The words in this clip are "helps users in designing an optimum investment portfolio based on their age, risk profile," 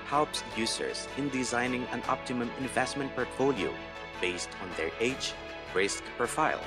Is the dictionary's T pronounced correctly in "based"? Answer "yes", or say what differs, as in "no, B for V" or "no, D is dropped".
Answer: yes